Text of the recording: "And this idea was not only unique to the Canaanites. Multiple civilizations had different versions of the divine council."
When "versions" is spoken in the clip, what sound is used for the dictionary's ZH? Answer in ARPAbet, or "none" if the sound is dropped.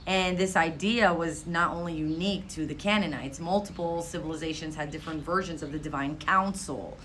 ZH